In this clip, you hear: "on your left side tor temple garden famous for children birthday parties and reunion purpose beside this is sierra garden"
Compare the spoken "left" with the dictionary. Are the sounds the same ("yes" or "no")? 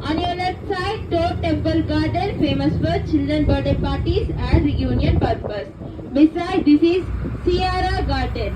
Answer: no